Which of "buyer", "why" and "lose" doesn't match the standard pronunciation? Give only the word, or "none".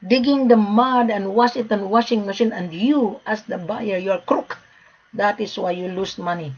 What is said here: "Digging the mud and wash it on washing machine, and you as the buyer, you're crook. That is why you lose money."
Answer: lose